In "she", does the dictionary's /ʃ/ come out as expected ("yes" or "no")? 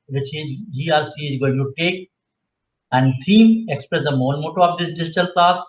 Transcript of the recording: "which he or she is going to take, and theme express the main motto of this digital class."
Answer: no